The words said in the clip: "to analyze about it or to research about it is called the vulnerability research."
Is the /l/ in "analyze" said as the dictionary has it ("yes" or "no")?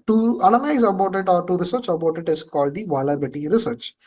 no